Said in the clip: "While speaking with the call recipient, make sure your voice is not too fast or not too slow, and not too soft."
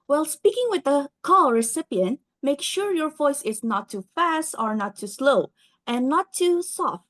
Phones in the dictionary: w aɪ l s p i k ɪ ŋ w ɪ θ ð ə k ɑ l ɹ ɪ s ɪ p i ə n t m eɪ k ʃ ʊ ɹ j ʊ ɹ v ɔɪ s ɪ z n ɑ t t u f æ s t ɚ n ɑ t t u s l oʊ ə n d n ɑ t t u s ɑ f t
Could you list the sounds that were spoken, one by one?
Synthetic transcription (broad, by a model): w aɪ l s p i k ɪ ŋ w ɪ ð ə k ɑ l ɹ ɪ s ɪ p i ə n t m eɪ k ʃ ʊ ɹ j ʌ ɹ v ɔɪ s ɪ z n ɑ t t u f æ s t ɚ n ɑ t t u s l oʊ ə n n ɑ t t u s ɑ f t